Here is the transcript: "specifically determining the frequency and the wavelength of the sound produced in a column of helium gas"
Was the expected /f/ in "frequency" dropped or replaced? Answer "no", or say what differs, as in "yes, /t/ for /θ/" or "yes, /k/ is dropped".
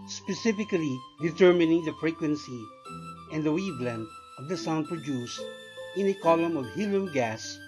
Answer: no